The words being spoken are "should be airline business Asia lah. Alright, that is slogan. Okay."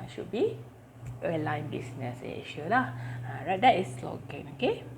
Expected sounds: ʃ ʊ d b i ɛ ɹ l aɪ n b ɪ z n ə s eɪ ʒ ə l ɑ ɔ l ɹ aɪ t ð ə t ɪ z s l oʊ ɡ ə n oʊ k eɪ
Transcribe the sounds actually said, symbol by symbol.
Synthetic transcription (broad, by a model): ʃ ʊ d b i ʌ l aɪ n b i s n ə s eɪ ʃ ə l ɑ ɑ ɹ aɪ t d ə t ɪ s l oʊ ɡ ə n oʊ k eɪ